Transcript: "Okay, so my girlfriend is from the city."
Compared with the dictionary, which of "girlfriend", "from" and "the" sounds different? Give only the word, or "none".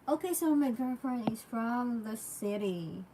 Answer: girlfriend